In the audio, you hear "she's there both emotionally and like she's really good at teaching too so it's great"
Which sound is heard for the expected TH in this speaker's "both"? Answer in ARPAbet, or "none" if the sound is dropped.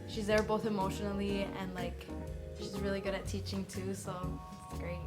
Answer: TH